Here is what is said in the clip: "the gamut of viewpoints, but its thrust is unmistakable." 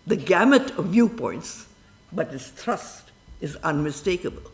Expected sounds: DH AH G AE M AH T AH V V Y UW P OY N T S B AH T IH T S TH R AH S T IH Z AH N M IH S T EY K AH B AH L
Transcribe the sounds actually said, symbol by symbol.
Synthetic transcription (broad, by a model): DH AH G AE M AH T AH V V Y UW P OY N T S B AH T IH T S T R AH S T IH Z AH N M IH S T EY K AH B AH L